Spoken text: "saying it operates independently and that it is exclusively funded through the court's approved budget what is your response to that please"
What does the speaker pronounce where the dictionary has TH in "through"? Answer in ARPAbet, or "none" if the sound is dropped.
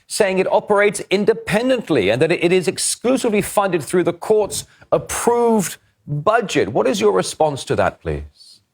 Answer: TH